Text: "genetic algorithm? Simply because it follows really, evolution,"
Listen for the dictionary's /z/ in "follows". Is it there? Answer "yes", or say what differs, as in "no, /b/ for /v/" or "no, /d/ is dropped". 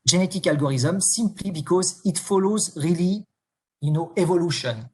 yes